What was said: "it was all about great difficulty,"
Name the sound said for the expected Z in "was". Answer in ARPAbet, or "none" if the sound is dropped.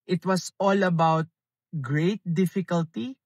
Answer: S